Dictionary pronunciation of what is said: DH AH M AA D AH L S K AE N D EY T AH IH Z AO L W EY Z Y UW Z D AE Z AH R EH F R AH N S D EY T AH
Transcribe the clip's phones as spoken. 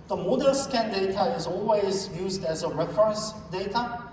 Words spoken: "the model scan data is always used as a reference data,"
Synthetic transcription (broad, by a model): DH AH M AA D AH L S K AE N D EY T AH IH Z AO L W EY Z Y UW Z D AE Z AH R EH F R AH N S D EY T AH